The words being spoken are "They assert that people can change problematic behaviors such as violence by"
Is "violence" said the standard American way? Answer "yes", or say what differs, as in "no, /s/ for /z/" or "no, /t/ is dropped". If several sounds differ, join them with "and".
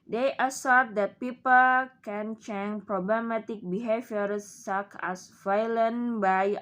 no, /s/ is dropped